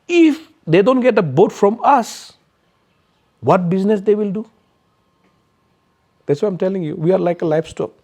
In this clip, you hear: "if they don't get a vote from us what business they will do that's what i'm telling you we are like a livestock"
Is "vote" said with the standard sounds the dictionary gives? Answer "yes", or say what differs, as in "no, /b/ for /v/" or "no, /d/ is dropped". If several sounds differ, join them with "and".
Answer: no, /b/ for /v/